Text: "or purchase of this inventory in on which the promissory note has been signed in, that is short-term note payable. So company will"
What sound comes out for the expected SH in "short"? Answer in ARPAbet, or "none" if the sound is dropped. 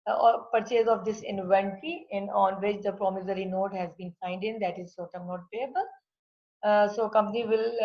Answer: S